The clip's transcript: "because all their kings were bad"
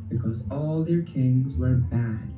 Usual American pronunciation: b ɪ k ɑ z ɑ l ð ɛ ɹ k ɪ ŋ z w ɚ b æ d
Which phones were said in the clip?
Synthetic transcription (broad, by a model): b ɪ k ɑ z ɑ l ð ɛ ɹ k ɪ ŋ z w ɚ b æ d